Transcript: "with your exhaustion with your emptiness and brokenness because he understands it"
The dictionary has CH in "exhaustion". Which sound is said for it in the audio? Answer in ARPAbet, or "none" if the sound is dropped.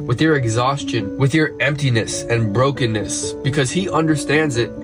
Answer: CH